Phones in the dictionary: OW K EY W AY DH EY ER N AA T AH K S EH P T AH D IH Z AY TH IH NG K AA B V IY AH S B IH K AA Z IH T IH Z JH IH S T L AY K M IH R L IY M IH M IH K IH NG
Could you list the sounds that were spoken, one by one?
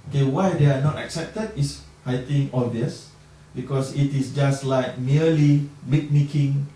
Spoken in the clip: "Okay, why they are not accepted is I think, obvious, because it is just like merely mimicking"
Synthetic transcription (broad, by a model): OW K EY W AY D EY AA N AA T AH K S EH P T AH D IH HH AY T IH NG AA V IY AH S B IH K AA S IH T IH S JH IH S T L AY K M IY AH L IY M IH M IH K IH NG